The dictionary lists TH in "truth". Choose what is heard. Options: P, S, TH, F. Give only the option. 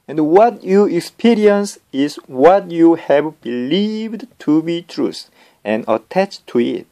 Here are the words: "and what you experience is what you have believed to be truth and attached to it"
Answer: S